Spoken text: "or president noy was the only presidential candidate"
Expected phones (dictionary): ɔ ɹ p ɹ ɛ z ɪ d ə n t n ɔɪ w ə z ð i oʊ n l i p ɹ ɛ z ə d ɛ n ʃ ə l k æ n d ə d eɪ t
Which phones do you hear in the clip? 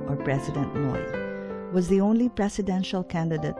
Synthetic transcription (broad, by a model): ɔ ɹ p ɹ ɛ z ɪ d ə n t n ɔɪ w ə z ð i oʊ n l i p ɹ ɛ s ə d ɛ n ʃ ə l k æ n d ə d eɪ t